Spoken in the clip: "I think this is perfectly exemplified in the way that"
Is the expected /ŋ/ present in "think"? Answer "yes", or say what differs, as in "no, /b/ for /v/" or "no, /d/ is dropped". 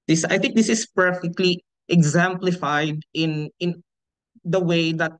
yes